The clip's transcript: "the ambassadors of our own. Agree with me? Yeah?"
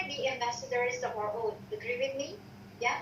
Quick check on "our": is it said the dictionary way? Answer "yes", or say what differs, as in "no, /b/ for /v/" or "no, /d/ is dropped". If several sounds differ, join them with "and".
yes